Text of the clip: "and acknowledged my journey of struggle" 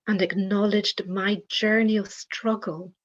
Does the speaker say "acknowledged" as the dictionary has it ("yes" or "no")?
yes